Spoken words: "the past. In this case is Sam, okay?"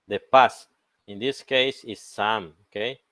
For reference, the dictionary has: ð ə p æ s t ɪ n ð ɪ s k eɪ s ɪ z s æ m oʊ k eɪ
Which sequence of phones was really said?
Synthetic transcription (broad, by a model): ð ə p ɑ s ɪ n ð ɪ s k eɪ s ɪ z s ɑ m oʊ k eɪ